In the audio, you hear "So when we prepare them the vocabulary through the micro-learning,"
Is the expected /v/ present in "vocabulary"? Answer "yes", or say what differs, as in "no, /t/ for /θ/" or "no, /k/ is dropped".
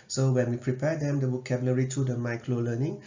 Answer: no, /w/ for /v/